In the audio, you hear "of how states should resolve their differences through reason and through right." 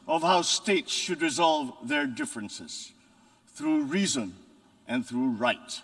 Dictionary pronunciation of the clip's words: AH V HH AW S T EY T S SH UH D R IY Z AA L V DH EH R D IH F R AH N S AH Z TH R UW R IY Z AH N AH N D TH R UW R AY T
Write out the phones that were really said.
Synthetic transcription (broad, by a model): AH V HH AW S T EY T S SH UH D R IY Z AA L V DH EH R D IH F R AH N S AH Z TH R UW R IY Z AH N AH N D TH R UW R AY T